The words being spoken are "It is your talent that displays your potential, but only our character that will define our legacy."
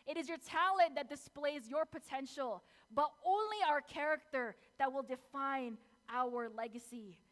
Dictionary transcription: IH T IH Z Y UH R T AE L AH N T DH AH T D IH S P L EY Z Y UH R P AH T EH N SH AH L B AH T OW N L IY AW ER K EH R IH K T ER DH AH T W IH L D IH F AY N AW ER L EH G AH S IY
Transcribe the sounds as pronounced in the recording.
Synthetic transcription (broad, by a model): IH T IH Z Y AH R T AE L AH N DH AH T D IH S P L EY Z Y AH R P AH T EH N SH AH L B AH T OW N L IY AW ER K EH R IH K T ER DH AH T W IH L D IH F AY N AW ER L EH G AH S IY